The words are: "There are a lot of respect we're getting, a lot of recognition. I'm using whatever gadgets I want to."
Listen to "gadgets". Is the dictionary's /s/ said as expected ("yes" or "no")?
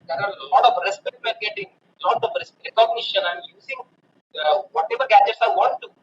yes